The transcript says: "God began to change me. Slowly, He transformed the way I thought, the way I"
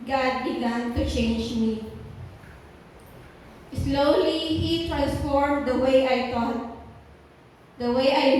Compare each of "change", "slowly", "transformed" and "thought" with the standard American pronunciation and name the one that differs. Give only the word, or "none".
thought